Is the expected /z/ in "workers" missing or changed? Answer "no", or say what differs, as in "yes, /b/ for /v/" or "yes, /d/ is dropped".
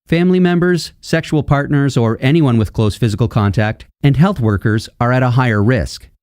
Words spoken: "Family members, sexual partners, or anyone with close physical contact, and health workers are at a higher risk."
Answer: no